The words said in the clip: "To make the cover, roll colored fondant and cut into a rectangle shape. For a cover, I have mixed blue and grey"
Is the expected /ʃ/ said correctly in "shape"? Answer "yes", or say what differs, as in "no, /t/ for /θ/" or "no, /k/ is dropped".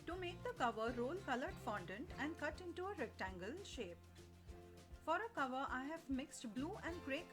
yes